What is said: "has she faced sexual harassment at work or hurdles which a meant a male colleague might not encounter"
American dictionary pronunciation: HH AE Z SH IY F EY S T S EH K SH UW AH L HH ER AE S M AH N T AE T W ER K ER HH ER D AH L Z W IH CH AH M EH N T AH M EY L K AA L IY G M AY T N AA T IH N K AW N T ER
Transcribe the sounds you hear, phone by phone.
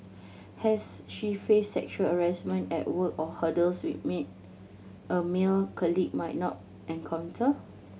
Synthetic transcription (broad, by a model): HH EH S SH IY F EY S S EH K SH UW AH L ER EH S M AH N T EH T W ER K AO HH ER D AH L S W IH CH M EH T AH M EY L K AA L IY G M AY T N AA T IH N K AW N T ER